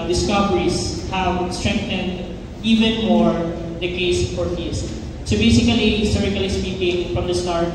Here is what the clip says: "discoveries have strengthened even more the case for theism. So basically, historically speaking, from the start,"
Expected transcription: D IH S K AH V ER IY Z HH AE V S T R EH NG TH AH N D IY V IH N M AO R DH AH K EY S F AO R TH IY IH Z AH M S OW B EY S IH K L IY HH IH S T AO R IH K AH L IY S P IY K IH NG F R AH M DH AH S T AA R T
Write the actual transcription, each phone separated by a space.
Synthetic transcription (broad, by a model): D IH S K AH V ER IY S HH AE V S T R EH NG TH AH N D IY V IH N M AO R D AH K EY S F AO R F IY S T S OW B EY S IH K IY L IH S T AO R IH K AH L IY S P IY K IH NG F R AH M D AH S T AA R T